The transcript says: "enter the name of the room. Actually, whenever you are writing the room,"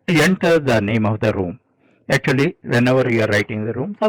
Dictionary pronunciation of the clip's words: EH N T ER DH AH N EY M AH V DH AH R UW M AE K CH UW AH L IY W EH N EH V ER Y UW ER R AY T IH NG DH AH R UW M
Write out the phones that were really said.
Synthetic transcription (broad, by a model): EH N T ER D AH N EY M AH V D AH R UW M AE K CH UW AH L IY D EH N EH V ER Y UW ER R AY T IH NG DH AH R UW M